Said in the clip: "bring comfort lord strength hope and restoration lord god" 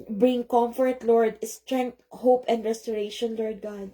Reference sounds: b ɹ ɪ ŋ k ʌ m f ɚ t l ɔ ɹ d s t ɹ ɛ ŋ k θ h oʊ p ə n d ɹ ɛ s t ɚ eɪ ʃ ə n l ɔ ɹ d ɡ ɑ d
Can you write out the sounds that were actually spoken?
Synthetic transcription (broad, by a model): b ɹ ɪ ŋ k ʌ m f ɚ t l ɔ ɹ d s t ɹ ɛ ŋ k t h oʊ p ə n d ɹ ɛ s t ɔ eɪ ʃ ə n l ɔ ɹ d ɡ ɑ d